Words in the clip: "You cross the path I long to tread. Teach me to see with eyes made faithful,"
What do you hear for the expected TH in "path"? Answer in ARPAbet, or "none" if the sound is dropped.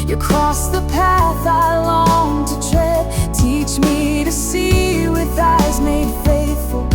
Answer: TH